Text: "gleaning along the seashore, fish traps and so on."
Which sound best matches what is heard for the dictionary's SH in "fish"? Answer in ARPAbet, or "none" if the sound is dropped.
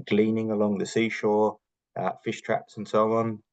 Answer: SH